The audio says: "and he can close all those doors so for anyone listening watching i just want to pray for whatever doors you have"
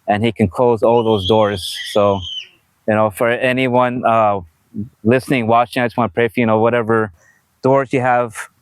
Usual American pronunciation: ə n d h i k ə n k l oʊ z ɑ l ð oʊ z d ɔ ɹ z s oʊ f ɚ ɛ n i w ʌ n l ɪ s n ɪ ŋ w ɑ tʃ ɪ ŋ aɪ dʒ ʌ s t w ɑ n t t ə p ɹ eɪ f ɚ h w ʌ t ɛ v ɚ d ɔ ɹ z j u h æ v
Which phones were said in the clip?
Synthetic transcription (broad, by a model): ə n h i k ə n k l oʊ z ɑ l ð oʊ z d ɔ ɹ z s oʊ f ɚ ɛ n i w ʌ n l ɪ s n ɪ ŋ w ɑ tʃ ɪ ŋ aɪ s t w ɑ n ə p ɹ eɪ f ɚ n w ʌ t ɛ v ɚ d ɔ ɹ z j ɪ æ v